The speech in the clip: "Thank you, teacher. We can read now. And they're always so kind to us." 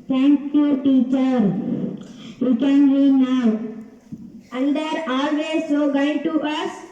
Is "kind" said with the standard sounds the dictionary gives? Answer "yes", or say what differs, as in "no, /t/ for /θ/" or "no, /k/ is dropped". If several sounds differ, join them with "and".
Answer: no, /n/ is dropped